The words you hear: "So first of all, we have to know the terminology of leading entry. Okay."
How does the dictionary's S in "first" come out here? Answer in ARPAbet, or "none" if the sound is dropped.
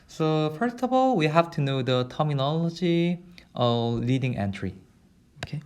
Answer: S